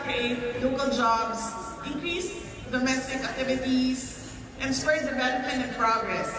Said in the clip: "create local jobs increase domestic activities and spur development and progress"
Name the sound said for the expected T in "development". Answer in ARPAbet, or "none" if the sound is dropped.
none